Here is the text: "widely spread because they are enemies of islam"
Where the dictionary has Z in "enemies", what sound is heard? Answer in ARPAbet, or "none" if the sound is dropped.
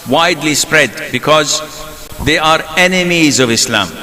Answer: Z